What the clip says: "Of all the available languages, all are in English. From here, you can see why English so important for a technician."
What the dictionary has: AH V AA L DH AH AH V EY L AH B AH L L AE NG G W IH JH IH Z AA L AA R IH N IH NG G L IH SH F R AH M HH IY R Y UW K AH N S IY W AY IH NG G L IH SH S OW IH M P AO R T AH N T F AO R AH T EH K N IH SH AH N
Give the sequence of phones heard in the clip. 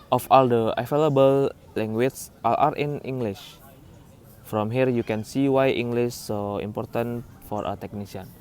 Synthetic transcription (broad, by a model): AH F AA L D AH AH F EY L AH B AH L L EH NG G W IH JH AA L AA R IH N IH NG G L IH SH F R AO M HH IY R Y UW K AH N S IY W AY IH NG G L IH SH S OW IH M P AO R T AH N F AO R AH T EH K N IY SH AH N